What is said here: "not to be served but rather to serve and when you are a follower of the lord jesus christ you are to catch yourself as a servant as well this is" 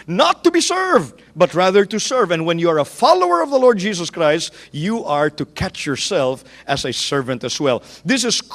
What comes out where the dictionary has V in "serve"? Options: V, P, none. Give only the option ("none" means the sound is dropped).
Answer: V